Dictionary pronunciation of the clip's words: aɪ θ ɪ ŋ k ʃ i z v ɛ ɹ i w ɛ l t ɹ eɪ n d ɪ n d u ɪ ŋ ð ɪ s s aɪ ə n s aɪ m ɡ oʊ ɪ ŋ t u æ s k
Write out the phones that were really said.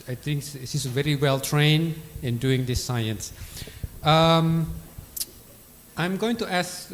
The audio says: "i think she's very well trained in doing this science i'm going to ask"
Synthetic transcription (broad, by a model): aɪ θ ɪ ŋ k s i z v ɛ ɹ i w ɛ l t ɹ eɪ n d ɪ n d u ɪ ŋ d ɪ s s aɪ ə n s aɪ m ɡ oʊ ɪ ŋ t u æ s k